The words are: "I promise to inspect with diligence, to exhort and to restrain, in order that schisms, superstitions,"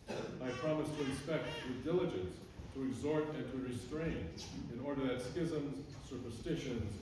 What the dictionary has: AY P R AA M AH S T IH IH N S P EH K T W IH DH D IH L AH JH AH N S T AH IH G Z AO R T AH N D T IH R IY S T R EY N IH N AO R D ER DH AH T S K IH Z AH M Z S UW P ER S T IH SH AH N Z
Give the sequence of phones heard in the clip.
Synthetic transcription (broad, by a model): AY P R AA M AH S T IH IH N S P EH K T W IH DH D IH L AH JH AH N S T AH IH G Z AO R T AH N T IH R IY S T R EY N IH N AO R D ER DH AH T S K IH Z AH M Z S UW P ER S T IH SH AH N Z